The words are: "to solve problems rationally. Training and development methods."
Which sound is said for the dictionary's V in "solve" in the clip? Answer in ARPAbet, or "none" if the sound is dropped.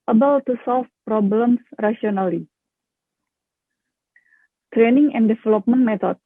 F